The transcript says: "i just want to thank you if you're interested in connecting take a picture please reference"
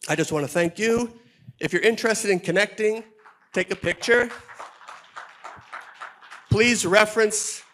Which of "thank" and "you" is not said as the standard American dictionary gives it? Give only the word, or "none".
none